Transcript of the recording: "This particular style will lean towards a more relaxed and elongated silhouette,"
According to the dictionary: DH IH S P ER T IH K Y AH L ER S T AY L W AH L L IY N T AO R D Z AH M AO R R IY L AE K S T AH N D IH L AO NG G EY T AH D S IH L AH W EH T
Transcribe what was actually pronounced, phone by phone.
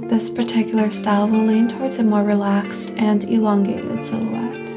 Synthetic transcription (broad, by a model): DH IH S P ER T IH K Y L ER S T AY L W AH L L IY N T AO R D Z AH M AO R R IY L AE K S T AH N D IH L AO NG G EY T AH D S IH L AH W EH T